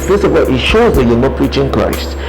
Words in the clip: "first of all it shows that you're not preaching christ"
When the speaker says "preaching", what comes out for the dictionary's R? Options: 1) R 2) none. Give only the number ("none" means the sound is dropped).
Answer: 1